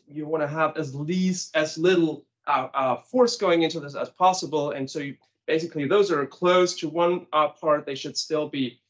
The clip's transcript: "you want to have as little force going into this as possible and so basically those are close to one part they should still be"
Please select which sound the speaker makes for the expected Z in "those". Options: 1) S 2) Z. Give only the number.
2